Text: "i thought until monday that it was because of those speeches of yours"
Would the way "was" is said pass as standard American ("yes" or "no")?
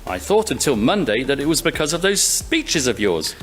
yes